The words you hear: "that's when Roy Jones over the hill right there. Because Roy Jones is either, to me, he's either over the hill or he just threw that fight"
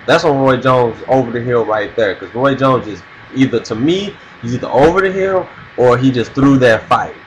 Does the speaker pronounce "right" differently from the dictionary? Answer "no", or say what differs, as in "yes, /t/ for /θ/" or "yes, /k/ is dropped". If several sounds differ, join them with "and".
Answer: no